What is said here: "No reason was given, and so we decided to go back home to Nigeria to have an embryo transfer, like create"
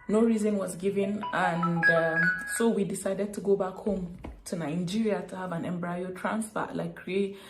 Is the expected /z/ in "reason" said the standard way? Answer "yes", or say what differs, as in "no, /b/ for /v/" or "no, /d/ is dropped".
yes